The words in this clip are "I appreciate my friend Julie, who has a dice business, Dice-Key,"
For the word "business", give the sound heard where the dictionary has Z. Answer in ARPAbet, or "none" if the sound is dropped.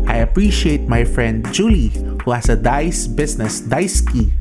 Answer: S